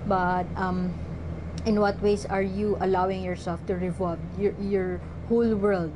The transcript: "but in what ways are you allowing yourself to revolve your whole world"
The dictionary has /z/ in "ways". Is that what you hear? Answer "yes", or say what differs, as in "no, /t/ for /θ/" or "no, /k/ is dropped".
no, /s/ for /z/